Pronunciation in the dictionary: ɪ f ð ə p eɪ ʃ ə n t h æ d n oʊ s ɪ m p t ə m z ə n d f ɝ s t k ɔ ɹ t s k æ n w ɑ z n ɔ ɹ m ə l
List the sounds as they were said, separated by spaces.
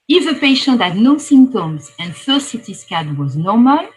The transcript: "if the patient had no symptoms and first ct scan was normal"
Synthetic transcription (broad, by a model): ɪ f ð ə p eɪ ʃ ə n t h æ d n oʊ s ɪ m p t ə m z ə n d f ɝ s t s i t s k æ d w ɑ z n ɔ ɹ m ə l